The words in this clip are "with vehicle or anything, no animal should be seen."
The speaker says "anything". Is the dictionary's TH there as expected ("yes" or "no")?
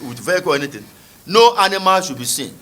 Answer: no